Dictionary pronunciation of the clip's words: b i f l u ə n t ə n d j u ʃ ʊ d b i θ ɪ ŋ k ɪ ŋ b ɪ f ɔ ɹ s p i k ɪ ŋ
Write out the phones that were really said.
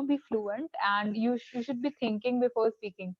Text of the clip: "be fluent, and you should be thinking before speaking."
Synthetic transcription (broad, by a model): b i f l u ə n t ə n d j u ʃ ʊ d b i t ɪ ŋ k ɪ ŋ b ɪ f ɔ ɹ s p i k ɪ ŋ